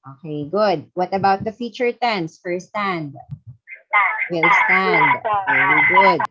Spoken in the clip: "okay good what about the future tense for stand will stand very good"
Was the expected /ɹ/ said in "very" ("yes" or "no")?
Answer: no